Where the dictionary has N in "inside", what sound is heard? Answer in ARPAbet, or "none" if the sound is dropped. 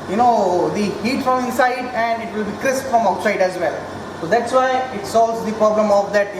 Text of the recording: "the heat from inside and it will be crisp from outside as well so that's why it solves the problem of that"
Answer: none